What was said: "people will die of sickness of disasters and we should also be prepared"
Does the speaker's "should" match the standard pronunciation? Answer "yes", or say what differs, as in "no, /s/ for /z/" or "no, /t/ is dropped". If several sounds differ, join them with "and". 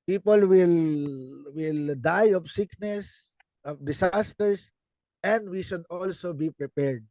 yes